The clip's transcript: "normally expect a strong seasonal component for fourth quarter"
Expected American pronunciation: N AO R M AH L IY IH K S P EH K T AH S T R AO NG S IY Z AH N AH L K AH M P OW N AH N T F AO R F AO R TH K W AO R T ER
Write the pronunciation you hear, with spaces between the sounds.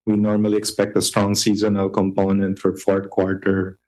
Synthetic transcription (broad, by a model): N AO R M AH L IY IH K S P EH K T AH S T R AO NG S IY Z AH N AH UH K AH M P OW N AH N T F AO R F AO R T K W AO R T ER